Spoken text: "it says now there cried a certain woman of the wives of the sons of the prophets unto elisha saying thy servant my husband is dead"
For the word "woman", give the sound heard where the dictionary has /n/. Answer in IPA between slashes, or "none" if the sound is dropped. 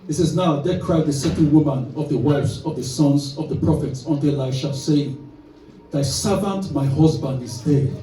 /n/